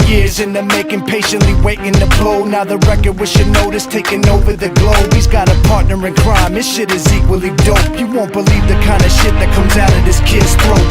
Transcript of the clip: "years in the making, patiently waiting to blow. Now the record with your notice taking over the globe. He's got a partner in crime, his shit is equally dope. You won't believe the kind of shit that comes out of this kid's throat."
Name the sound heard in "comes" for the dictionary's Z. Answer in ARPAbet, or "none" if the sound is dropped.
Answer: Z